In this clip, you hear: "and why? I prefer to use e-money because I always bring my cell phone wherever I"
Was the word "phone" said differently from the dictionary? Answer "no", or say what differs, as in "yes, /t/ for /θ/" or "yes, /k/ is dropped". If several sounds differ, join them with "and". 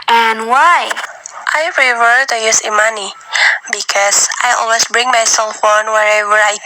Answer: no